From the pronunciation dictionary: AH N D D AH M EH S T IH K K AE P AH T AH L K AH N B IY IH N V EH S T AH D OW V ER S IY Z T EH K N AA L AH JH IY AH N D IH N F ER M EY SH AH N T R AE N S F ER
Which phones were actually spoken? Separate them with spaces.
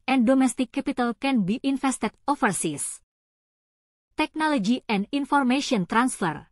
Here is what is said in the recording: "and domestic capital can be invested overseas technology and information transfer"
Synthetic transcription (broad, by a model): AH N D D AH M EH S T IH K K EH P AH T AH L K AH N B IY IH N F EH S T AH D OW F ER S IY S T EH K N AA L AH JH IY AH N D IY N F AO M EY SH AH N T R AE N S F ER